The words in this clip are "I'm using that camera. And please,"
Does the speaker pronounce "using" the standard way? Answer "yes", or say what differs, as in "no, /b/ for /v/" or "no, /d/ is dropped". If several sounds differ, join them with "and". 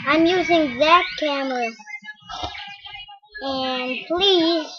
yes